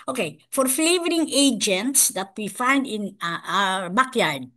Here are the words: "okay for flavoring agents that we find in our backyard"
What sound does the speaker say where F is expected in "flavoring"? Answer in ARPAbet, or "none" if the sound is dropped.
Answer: F